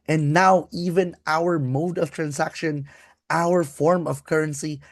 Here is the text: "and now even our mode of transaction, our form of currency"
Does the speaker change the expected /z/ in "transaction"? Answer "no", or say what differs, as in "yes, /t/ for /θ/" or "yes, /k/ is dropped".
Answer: yes, /s/ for /z/